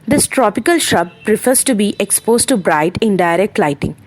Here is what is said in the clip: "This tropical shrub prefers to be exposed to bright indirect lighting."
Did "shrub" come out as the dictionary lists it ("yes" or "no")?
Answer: no